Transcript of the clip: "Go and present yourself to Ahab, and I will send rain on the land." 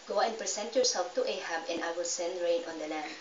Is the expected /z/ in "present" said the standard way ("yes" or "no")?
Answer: no